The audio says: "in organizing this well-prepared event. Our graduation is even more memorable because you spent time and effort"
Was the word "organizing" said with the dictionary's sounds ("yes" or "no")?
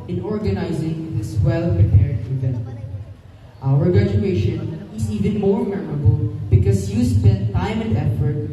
yes